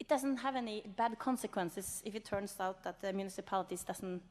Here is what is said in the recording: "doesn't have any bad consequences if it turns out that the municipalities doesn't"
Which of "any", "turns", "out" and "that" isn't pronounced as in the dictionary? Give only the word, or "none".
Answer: turns